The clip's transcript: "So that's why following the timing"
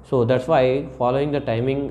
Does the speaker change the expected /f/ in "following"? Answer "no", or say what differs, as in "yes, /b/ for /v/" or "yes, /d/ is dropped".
no